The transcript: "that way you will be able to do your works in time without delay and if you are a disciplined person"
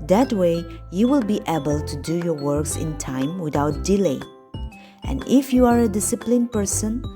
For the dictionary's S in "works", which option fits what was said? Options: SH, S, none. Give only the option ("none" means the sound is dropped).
S